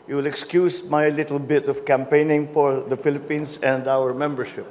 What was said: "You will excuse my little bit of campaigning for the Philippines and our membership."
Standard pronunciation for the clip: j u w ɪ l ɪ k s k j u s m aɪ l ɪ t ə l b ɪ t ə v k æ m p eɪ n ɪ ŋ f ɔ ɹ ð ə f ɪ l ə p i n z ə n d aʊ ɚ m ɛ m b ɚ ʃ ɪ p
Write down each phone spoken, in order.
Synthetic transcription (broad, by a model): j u w ɪ l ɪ k s k j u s m aɪ l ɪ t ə l b ɪ t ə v k æ m p eɪ n ɪ ŋ f ɔ ɹ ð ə f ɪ l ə p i n s ə n d aʊ ɚ m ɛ m b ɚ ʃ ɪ p